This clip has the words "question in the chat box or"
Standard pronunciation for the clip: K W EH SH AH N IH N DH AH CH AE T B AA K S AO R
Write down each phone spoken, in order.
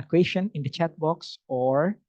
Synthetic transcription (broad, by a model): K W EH SH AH N IH N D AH CH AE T B AA K S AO R